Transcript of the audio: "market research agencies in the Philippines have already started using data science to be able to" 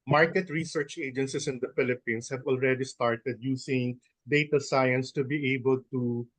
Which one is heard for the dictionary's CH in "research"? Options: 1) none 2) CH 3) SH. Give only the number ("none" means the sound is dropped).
2